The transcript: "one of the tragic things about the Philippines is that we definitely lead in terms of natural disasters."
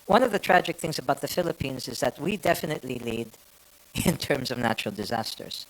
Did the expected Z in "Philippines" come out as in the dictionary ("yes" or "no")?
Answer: yes